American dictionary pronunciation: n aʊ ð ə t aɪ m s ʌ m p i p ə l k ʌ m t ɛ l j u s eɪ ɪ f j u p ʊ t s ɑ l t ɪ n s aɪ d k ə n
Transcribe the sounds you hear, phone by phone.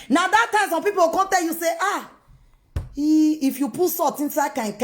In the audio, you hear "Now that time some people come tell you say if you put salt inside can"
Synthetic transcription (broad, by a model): n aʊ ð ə t aɪ m s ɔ m p i p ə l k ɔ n t ɛ l j u s eɪ ɪ f j u p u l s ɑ t ɪ n s aɪ d k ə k